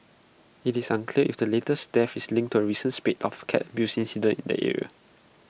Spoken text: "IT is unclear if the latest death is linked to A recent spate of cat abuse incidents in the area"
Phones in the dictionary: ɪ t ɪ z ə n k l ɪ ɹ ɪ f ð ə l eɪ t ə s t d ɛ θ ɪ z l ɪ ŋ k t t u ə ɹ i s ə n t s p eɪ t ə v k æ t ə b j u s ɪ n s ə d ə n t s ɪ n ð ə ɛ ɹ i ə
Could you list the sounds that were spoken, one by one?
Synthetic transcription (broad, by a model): ɪ t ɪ s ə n k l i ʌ ɪ f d ə l eɪ t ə s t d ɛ f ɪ s l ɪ ŋ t t u ə ɹ i s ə n s p eɪ t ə f k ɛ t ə b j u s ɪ n s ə d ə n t ɪ n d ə ɛ ɹ i ə